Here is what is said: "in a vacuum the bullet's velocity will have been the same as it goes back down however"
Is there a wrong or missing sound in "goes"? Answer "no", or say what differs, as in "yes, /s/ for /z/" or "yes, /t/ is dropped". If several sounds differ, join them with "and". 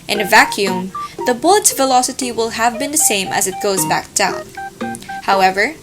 no